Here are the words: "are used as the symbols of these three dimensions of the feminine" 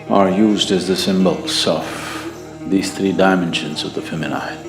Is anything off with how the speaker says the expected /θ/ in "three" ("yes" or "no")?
no